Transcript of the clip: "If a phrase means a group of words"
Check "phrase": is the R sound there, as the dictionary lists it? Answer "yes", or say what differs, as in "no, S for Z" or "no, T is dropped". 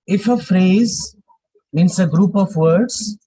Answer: yes